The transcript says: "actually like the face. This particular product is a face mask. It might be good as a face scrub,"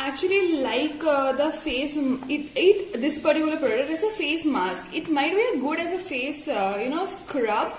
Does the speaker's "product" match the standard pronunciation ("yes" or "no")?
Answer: no